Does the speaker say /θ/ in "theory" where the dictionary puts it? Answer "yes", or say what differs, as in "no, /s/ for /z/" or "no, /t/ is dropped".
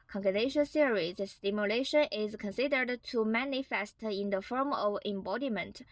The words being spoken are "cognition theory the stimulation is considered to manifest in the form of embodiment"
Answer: no, /s/ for /θ/